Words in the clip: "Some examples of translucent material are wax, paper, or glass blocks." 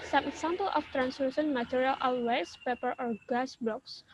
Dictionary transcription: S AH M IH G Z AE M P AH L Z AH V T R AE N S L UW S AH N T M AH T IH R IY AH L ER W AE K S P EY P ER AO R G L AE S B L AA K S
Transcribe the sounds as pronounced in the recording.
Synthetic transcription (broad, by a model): S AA M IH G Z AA M P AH L AH F T R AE N S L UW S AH N M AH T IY R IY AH L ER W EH S P EY P ER AO R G AA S B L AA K S